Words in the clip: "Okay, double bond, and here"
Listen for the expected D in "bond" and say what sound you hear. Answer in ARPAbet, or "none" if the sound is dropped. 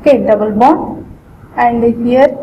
none